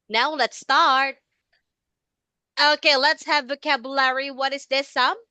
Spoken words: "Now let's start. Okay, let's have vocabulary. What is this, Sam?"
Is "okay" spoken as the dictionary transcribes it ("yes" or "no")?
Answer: yes